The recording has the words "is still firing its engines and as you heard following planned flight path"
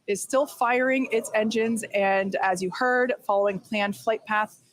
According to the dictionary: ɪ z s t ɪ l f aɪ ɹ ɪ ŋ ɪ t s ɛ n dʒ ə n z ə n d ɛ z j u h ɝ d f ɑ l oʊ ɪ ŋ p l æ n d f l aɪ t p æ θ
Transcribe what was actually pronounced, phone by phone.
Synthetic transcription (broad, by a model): ɪ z s t ɪ l f aɪ ɹ ɪ ŋ ɪ t s ɛ n dʒ ə n z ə n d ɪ z j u h ɝ d f ɑ l oʊ ɪ ŋ p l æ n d f l aɪ t p æ θ